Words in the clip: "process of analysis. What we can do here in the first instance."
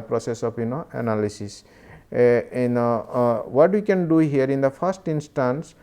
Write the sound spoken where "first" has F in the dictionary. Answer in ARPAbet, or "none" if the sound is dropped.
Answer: P